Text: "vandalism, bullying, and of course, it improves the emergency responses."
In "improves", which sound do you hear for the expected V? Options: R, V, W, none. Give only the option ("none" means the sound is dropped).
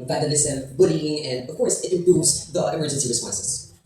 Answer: none